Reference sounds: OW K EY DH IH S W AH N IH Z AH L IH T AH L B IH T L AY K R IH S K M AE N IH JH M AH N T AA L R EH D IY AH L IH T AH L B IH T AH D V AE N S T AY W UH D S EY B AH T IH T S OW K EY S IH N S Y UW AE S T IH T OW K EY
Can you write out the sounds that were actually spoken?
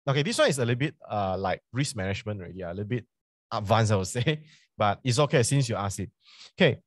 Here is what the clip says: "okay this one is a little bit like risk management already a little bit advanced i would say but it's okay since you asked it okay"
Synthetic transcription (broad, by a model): OW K EY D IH S W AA N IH S AH L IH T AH B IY T L AY K R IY S M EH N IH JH M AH N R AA L IY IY AH L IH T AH B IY T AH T V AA N S AY W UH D S EY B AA T IH T S OW K EY S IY N S Y UW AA S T IH T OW K EY